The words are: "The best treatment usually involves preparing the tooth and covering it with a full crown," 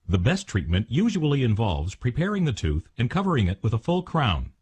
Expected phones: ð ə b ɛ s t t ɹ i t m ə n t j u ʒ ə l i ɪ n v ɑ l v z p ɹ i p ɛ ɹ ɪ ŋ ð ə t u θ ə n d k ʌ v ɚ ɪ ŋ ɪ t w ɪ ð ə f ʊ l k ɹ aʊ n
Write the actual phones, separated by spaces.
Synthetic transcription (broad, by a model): ð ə b ɛ s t t ɹ i t m ə n t j u ʒ ə l i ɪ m v ɑ l v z p ɹ i p ɛ ɹ ɪ ŋ ð ə t u θ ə n k ʌ v ɚ ɪ ŋ ɪ t w ɪ ð ə f ʊ l k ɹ aʊ n